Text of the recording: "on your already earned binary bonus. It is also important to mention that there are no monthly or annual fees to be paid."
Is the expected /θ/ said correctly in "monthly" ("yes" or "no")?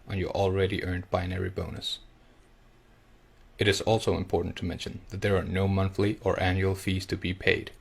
yes